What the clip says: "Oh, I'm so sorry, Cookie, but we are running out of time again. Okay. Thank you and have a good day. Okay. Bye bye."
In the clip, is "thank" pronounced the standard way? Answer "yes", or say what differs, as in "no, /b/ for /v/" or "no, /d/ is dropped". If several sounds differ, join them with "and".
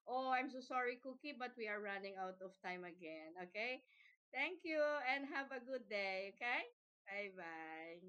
no, /t/ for /θ/